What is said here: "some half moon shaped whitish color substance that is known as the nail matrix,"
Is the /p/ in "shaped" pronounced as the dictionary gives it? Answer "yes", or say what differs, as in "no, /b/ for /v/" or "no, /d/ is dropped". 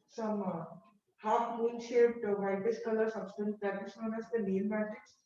no, /p/ is dropped